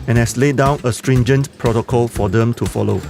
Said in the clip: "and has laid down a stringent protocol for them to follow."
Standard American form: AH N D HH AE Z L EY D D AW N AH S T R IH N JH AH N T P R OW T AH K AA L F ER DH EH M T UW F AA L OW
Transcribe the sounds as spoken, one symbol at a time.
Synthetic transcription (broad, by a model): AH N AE S L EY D D AW N AH S T R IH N JH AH N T P R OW T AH K AA L F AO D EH M T UW F AA L OW